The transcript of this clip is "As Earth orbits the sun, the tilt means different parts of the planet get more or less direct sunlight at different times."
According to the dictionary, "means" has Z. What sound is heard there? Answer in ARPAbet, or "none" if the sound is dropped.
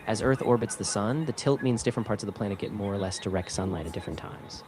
Z